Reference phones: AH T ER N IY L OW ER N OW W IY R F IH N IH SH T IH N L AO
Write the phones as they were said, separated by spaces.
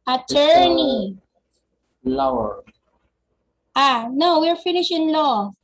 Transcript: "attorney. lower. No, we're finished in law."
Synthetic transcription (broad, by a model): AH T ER N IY L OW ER N OW W IY R F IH N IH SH IH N L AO